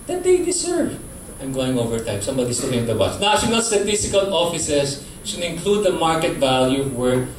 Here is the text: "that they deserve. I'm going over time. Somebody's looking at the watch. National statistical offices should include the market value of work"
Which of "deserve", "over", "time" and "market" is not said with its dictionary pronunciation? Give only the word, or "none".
deserve